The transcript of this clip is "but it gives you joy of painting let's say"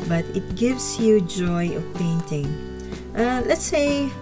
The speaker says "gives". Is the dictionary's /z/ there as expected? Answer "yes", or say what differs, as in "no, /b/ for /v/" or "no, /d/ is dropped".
no, /s/ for /z/